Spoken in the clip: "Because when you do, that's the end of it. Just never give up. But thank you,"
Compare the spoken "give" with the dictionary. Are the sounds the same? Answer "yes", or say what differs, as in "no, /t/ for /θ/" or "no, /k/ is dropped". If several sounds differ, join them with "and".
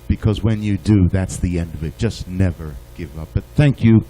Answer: yes